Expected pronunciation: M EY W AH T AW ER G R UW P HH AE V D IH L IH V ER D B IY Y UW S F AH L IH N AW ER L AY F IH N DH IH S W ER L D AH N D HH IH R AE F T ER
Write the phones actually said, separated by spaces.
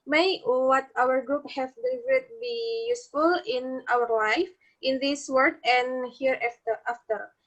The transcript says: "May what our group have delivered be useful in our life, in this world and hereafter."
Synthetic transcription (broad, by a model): M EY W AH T AW ER G R UW P HH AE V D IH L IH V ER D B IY Y UW S F AH L IH N AW ER L AY F IH N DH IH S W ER D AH N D HH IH R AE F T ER